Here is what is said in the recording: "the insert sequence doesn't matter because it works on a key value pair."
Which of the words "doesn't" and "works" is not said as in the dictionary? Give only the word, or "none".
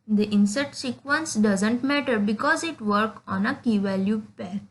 works